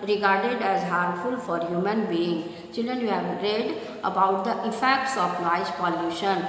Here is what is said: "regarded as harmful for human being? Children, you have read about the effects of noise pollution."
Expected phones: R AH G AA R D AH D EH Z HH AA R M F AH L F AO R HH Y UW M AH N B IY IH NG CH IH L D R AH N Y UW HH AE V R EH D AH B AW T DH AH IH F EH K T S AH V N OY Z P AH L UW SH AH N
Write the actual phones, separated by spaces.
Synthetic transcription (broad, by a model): R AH G AA R D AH D EH Z HH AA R F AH L F AO R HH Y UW M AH N B IY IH NG CH IH L D R AH N Y UW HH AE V R EH D AH B AW T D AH IH F EH K T S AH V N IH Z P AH L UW SH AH N